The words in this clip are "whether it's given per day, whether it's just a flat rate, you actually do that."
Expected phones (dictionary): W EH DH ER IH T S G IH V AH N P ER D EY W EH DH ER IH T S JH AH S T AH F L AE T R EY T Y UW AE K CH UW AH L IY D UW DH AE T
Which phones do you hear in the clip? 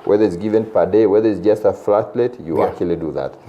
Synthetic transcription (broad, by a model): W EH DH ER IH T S G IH V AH N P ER D EY W EH DH ER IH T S JH AH S T AH F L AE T L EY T Y UW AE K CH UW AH L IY D UW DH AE T